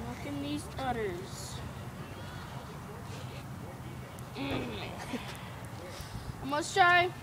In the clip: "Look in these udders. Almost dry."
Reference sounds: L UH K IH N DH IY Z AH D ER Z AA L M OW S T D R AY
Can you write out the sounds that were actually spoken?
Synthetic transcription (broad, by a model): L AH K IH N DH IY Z AH D ER Z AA M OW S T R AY